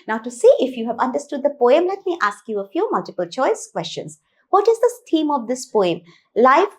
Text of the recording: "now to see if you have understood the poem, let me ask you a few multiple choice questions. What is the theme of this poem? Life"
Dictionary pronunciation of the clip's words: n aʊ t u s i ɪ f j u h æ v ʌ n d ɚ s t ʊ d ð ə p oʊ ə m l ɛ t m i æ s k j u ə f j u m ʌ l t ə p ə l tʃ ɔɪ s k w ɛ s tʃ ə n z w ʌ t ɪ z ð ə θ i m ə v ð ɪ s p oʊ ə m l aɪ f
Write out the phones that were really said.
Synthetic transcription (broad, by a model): n aʊ t u s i ɪ f j u h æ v ʌ n d ɚ s t ʊ d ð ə p oʊ ə m l ɛ t m i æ s k j u ə f j u m ʌ l t ə p ə l tʃ ɔɪ s k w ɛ s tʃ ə n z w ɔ t ɪ z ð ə s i m ə v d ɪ s p oʊ ə m l aɪ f